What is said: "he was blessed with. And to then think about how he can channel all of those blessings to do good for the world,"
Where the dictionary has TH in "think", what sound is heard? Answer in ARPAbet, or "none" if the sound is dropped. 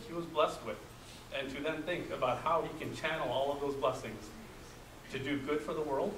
TH